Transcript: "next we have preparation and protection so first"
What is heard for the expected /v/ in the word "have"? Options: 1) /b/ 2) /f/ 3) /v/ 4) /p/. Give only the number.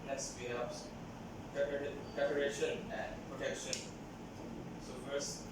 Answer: 4